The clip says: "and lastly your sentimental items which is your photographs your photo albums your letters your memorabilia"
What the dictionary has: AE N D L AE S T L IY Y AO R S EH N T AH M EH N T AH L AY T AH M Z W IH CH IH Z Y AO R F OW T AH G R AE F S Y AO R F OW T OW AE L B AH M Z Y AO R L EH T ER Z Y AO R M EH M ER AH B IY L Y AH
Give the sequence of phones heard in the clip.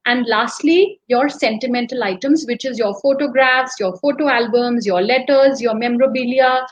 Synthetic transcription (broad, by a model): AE N D L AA S T L IY Y AO R S EH N T AH M EH N T AH L AY T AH M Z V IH CH IH Z Y AO R F OW T AH G R AE F S Y AO R F OW T OW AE L B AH M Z Y AO R L EH T ER Z Y AO R M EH M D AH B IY L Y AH